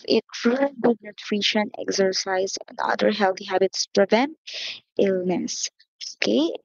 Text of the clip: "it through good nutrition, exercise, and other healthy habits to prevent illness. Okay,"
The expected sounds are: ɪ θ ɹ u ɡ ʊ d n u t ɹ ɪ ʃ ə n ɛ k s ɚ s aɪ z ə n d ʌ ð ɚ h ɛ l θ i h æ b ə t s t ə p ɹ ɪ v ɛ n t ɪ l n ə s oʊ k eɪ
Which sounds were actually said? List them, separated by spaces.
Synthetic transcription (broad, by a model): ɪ t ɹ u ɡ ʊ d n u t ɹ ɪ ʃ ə n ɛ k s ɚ s aɪ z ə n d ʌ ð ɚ h ɛ l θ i h æ b ə t s p ɹ ɪ v ɛ n t ɪ l n ə s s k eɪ